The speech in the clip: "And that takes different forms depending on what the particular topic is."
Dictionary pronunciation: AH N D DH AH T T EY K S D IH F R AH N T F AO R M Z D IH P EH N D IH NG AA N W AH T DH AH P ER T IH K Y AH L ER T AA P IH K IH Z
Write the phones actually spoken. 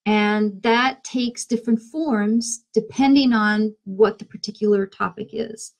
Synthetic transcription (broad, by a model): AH N DH AH T T EY K S D IH F R AH N T F AO R M Z D IH P EH N D IH NG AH N W AH T DH AH P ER T IH K Y L ER T AA P IH K IH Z